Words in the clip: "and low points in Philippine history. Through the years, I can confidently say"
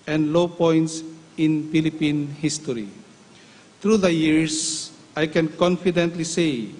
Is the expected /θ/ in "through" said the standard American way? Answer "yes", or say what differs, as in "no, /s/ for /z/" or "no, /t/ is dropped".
no, /t/ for /θ/